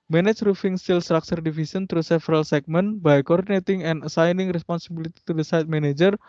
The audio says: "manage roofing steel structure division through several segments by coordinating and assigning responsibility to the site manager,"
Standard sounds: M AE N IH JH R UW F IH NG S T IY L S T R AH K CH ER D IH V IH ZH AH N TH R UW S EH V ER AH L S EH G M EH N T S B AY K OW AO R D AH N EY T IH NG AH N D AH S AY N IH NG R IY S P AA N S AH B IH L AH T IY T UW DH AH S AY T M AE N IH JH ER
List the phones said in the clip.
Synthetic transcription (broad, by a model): M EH N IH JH R UW F IH NG S T IY L S T R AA K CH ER D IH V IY S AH N T R UW S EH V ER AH L S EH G M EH N B AY K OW AO R D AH N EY T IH NG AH N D AH S AY N IH NG R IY S P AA N S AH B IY L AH T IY T UW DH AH S AY T M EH N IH JH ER